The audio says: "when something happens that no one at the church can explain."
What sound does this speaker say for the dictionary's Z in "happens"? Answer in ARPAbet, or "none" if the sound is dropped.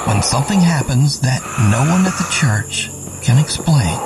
Z